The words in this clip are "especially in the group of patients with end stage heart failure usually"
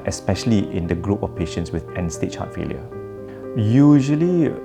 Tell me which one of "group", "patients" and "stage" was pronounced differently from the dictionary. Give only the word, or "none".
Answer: stage